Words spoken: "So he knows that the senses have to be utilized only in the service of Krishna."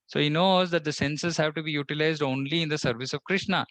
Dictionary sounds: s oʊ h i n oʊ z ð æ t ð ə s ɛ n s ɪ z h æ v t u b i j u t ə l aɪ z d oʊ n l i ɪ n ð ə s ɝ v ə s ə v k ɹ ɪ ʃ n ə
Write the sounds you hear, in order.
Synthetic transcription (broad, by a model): s oʊ h i n oʊ z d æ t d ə s ɛ n s ɪ z h æ v t u b i j u t ə l aɪ z d oʊ n l i ɪ n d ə s ɝ v ə s ə v k ɹ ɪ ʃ n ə